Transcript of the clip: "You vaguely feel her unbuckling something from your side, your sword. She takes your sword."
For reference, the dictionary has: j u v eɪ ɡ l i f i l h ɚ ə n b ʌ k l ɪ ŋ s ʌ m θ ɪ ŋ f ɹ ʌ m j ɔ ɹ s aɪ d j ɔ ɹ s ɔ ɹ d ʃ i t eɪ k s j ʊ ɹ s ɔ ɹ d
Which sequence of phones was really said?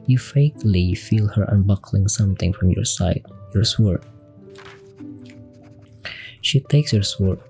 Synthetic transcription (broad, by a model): j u f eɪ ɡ l i f i l h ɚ ə n b ʌ k l ɪ ŋ s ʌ m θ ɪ ŋ f ɹ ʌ m j ɔ ɹ s aɪ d j ɔ ɹ s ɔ ɹ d ʃ i t eɪ k s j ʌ ɹ s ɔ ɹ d